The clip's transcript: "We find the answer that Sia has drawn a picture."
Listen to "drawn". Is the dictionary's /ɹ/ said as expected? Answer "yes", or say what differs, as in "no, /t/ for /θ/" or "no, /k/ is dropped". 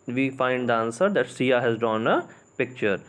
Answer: no, /ɹ/ is dropped